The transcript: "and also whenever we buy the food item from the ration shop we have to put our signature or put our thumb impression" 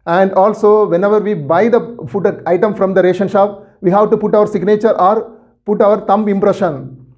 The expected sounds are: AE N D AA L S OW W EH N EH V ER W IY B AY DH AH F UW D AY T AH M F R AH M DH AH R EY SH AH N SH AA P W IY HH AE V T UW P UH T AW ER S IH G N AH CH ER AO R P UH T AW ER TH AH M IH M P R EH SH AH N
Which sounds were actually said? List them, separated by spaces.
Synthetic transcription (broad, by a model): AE N D AA L S OW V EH N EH V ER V IY B AY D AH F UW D AY T AH M F R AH M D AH R EY SH AH N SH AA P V IY HH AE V T UW P UH T AW ER S IH G N AH CH ER AO R P UH T AW ER T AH M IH M P R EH SH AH N